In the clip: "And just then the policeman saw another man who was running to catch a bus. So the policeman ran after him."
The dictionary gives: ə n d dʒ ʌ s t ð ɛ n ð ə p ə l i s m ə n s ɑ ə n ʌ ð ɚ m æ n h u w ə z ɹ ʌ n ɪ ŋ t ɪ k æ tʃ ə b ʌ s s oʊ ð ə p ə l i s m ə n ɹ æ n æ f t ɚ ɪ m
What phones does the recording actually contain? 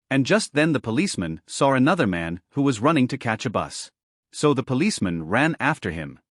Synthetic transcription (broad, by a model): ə n dʒ ʌ s t ð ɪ n ð ə p ə l i s m ə n s ɑ ə n ʌ ð ɚ m æ n h u w ə z ɹ ʌ n ɪ ŋ t ɪ k æ tʃ ə b ʌ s s oʊ ð ə p ə l i s m ə n ɹ æ n æ f t ɚ ɪ m